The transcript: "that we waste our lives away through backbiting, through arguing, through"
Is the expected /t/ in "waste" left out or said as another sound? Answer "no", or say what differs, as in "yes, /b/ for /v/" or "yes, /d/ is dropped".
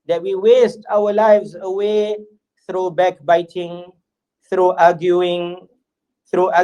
no